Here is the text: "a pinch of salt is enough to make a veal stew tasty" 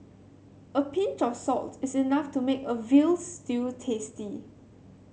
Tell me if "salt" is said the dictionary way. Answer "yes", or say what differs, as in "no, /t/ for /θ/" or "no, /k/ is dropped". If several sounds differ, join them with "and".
yes